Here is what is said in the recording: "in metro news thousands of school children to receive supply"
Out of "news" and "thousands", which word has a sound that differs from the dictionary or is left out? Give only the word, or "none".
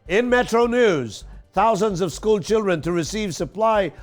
none